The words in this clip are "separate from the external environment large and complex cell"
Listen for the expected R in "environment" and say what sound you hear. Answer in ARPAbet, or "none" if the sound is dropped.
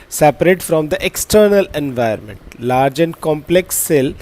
none